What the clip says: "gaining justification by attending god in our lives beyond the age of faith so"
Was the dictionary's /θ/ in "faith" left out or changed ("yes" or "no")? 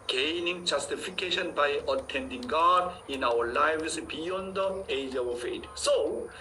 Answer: yes